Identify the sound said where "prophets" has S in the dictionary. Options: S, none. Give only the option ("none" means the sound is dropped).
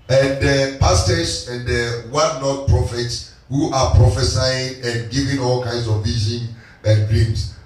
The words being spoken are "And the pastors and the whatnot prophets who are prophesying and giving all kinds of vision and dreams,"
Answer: S